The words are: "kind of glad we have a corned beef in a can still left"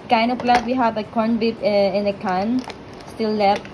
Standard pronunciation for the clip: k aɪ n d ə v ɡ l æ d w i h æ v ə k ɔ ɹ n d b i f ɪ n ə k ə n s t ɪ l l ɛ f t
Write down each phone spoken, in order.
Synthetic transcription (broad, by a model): k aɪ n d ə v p l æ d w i h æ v ə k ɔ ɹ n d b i p ɪ n ə k ə n s t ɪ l l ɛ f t